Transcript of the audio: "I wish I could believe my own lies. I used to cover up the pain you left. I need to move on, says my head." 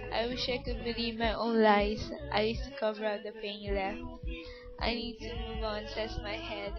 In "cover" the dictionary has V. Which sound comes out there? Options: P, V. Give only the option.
V